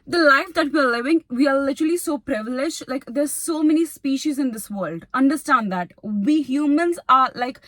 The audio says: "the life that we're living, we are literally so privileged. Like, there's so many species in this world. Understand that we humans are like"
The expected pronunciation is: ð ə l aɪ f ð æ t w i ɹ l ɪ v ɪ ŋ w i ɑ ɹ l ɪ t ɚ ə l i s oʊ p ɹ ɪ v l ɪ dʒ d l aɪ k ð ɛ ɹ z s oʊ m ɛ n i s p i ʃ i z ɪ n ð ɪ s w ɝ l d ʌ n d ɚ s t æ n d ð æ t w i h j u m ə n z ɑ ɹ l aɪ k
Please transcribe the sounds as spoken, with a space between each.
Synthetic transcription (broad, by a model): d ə l aɪ f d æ t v i ɹ l ɪ v ɪ ŋ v i ɑ ɹ l ɪ t ɚ ə l i s oʊ p ɹ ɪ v l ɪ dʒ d l aɪ k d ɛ ɹ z s oʊ m ɛ n i s p i ʃ i z ɪ n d ɪ s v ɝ l d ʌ n d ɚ s t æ n d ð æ t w i h j u m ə n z ɑ ɹ l aɪ k